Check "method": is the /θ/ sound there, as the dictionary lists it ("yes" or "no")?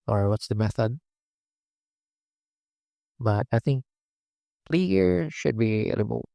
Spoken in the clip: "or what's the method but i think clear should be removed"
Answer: yes